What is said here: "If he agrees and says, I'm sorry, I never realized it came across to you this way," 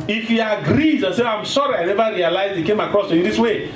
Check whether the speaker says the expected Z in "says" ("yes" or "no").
no